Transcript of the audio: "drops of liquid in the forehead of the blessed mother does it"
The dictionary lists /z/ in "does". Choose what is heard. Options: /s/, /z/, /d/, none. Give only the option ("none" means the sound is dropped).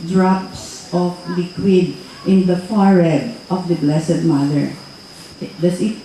/s/